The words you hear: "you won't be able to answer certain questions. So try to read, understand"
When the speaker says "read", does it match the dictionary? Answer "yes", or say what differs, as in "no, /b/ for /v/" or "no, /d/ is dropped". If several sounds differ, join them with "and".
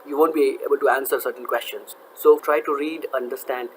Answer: yes